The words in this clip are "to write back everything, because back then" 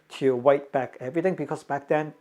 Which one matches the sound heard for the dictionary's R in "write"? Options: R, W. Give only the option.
W